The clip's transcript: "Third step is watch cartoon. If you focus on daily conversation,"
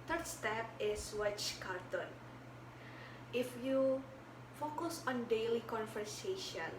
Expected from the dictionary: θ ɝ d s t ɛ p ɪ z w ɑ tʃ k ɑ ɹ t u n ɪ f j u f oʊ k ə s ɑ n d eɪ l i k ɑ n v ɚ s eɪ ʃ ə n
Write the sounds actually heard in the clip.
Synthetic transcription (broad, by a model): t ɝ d s t ɛ p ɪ s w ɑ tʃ k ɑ ɹ t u n ɪ f j u f oʊ k ə s ɑ n d eɪ l i k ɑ n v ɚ s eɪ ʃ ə n